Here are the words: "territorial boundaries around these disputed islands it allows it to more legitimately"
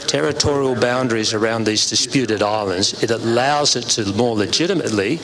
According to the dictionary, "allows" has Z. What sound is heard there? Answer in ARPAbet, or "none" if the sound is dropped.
Z